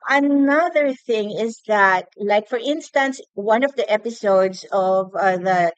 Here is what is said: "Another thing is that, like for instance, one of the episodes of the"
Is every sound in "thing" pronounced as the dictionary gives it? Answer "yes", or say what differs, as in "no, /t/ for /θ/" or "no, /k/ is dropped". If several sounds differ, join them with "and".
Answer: yes